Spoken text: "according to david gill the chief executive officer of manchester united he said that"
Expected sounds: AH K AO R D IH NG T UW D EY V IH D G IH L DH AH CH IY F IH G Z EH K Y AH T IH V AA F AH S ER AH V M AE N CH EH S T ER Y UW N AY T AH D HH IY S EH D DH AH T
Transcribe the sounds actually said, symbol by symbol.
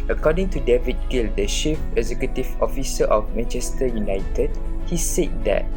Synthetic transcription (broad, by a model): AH K AO D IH NG T UW D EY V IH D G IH L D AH SH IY F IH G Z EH K Y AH T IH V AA F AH S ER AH F M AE N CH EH S T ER Y UW N AY T AH D HH IY S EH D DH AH T